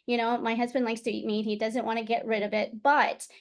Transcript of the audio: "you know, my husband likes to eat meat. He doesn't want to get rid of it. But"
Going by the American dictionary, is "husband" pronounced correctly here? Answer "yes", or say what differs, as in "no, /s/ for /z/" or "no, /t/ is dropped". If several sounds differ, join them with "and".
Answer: yes